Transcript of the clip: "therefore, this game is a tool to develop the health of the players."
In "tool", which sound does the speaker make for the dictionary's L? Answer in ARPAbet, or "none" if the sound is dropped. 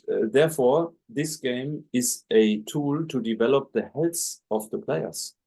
L